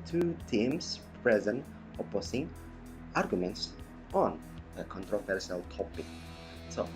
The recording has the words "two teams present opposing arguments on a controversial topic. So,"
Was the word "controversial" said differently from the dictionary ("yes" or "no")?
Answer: yes